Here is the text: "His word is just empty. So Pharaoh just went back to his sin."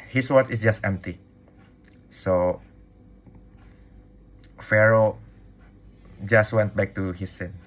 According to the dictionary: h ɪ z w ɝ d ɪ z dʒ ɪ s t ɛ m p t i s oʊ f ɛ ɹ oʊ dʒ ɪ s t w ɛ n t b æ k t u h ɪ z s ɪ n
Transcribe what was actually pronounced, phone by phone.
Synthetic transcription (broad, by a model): h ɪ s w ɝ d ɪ s dʒ ɪ s t ɛ m p t i s oʊ f ɛ ɹ oʊ dʒ ɪ s t w ɛ n t b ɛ k t u h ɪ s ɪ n